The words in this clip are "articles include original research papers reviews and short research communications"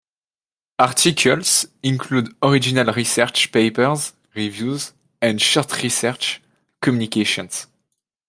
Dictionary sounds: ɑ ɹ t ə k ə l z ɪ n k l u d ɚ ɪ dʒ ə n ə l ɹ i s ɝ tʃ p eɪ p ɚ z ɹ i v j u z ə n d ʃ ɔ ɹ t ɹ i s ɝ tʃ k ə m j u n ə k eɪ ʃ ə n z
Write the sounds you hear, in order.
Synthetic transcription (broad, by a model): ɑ ɹ t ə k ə l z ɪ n k l u d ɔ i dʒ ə n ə l ɹ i s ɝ tʃ p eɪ p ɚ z ɹ i v j u z ə n d ʃ ɔ ɹ t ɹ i s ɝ tʃ k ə m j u n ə k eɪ ʃ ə n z